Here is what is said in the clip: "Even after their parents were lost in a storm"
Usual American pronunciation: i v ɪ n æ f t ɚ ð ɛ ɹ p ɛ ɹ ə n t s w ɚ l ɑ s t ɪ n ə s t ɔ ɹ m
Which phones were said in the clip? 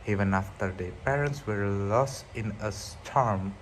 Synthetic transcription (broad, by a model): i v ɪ n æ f t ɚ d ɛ p ɛ ɹ ə n t s w ɚ l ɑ s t ɪ n ə s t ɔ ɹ m